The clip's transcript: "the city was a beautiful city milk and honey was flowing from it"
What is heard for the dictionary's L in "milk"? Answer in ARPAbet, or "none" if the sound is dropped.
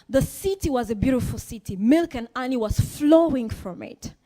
L